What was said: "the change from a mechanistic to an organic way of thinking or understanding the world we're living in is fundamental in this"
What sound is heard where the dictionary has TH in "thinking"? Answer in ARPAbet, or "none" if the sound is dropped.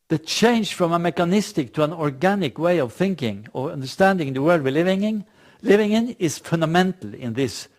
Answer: TH